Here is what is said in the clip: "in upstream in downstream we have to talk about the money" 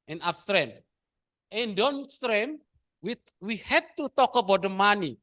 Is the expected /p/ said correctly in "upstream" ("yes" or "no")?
no